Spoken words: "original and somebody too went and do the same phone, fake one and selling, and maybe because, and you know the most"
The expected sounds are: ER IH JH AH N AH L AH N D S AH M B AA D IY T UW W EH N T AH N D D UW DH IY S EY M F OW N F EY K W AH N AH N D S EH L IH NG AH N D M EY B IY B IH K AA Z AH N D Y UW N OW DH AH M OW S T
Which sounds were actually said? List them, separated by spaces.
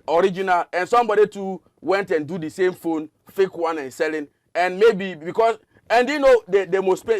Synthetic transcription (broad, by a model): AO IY JH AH N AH L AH N S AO M B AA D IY T UW W EH N T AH N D D UW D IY S EY M F OW N F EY K W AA N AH N S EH L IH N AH N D M EY B IY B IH K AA S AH N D Y UW N OW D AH M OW S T